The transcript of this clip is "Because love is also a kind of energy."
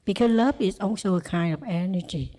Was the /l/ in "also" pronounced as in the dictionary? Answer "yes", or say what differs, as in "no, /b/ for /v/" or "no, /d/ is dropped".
no, /n/ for /l/